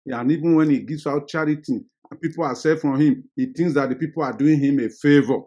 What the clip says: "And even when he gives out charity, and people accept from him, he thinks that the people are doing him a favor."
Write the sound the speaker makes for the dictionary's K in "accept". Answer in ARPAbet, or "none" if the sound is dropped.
none